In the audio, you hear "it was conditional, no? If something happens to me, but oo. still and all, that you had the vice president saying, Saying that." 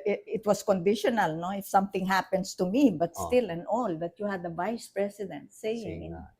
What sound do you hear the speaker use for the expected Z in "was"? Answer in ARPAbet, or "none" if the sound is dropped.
S